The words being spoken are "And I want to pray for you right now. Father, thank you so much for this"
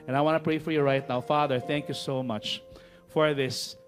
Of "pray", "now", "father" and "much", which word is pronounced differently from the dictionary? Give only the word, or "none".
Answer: none